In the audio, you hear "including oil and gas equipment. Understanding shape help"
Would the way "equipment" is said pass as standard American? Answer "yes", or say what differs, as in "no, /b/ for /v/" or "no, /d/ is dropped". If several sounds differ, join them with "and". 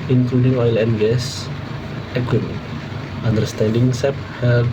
no, /p/ is dropped